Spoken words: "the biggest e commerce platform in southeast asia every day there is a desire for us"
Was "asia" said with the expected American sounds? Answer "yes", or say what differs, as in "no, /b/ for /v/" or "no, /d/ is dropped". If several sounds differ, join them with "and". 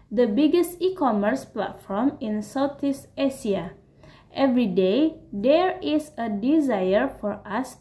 no, /s/ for /ʒ/